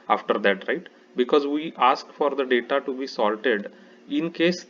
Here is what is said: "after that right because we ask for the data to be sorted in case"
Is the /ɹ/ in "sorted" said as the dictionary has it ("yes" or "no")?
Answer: no